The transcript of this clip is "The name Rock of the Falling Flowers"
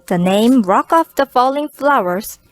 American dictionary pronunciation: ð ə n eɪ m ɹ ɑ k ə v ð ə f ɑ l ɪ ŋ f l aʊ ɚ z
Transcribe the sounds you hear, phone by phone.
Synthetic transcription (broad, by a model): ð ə n eɪ m ɹ ɑ k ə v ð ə f ɑ l ɪ ŋ f l aʊ ɚ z